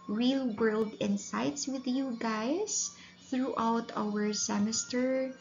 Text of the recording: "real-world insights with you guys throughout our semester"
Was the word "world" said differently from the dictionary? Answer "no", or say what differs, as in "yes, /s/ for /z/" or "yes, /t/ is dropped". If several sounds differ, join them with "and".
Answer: no